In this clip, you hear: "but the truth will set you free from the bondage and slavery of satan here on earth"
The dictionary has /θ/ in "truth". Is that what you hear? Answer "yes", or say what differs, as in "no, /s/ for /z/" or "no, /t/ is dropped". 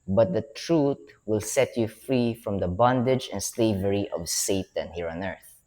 no, /t/ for /θ/